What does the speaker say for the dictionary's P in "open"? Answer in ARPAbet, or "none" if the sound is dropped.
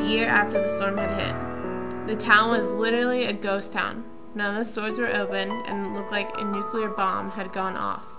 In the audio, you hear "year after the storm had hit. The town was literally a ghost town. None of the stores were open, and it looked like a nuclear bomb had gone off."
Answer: none